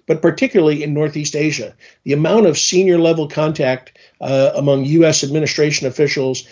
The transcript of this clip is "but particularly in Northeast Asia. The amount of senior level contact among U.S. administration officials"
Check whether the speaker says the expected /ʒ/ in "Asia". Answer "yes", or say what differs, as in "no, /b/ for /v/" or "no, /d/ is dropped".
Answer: yes